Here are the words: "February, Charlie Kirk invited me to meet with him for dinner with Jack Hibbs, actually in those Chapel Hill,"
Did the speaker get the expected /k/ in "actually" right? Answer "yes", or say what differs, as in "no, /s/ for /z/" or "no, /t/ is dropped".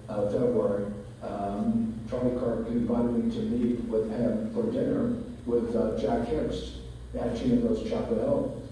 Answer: no, /k/ is dropped